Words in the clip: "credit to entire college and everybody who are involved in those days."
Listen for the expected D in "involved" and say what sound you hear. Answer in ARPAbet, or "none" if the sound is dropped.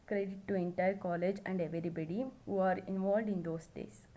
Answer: D